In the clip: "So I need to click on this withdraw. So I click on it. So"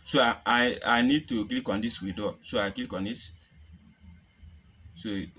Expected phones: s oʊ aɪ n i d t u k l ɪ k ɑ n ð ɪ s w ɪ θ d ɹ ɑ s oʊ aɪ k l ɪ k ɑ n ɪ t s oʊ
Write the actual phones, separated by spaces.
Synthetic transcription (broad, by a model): s oʊ aɪ n i d t u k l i k ɑ n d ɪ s w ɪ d ɑ s oʊ aɪ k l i k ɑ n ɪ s s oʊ